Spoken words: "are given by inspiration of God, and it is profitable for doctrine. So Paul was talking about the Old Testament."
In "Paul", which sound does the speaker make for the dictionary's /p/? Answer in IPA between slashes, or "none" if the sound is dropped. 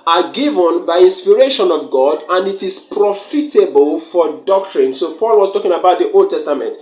/f/